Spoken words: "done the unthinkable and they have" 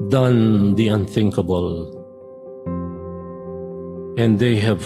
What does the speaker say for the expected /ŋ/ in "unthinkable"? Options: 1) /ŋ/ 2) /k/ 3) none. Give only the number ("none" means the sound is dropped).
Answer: 1